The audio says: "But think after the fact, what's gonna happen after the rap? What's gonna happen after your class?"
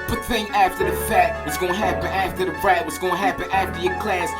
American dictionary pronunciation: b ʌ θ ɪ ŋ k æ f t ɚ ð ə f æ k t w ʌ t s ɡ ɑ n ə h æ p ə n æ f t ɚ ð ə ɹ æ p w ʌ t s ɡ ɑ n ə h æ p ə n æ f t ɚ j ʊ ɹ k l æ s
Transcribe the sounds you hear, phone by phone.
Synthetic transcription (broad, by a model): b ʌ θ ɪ ŋ æ f t ɚ ð ə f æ t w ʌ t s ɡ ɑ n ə h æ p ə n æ f t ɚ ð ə ɹ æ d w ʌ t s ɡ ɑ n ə h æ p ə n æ f t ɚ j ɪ k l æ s